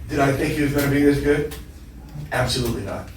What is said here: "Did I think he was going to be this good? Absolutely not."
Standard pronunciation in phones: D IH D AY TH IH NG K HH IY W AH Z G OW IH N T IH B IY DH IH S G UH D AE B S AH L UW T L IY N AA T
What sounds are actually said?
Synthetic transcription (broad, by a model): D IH D AY TH IH NG K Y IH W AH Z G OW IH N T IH B IY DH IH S G UH D AE B S AH L UW T L IY N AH T